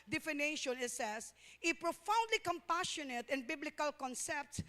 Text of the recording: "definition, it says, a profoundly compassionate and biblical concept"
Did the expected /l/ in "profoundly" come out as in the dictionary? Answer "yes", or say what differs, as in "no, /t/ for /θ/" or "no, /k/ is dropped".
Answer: yes